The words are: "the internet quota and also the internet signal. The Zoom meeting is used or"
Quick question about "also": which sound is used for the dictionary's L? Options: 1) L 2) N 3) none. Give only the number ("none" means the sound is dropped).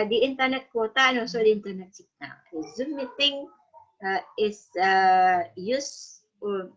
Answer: 3